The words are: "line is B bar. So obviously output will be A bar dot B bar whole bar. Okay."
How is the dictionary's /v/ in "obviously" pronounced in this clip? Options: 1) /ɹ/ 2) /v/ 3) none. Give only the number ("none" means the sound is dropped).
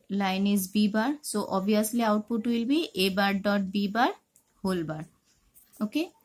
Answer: 3